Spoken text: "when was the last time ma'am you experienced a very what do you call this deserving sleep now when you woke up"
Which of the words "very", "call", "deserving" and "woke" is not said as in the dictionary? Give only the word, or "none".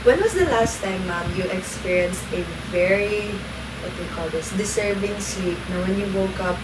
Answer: deserving